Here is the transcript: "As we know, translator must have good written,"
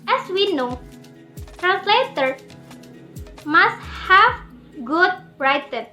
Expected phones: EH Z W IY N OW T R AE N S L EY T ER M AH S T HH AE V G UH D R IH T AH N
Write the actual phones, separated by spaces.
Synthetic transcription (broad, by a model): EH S W IY N OW T R AE N S L EY T ER M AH S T HH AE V G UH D R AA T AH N